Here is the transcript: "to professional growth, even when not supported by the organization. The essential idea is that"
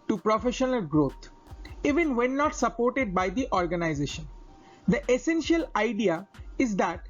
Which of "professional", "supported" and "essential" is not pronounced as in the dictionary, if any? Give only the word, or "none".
none